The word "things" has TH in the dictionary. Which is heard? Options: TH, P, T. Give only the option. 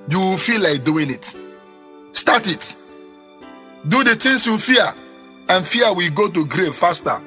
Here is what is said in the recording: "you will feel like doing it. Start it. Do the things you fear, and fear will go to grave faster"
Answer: T